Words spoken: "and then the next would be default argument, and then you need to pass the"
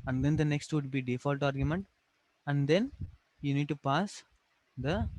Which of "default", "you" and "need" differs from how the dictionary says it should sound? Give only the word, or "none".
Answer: none